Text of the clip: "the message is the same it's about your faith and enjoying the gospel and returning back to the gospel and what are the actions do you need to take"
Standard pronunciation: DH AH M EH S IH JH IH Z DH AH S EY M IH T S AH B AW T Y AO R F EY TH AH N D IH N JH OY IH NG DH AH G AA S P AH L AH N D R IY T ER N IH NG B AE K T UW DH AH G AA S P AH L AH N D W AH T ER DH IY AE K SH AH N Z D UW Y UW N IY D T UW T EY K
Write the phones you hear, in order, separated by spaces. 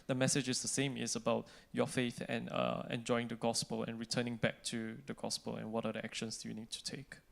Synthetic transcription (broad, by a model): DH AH M EH S IH JH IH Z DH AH S EY M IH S AH B AW T Y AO F EY TH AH N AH IH N JH OY IH NG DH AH G AA S P AH L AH N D R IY T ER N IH NG B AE K T UW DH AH G AA S P AH L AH N W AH T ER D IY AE K SH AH N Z D UW Y UW N IY D T UW T EY K